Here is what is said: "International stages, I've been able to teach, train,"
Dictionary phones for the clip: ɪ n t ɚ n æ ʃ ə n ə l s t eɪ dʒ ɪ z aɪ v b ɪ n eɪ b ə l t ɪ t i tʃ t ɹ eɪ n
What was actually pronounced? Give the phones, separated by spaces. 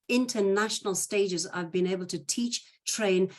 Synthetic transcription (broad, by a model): ɪ n t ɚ n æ ʃ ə n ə l s t eɪ dʒ ɪ z aɪ v b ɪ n eɪ b ə l t ɪ t i tʃ t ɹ eɪ n